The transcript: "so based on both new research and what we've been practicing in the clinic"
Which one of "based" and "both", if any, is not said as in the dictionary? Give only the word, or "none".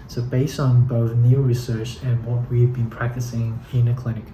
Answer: none